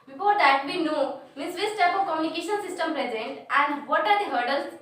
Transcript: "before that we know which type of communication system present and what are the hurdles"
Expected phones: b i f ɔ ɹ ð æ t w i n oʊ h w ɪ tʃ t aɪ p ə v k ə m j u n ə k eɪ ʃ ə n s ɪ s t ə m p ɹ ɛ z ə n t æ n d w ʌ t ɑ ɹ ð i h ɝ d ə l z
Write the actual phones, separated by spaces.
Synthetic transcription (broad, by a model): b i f ɔ ɹ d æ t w i n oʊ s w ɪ s t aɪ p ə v k ə m j u n ə k eɪ ʃ ə n s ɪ s t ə m p ɹ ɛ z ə n t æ n d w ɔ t ɑ ɹ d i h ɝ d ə l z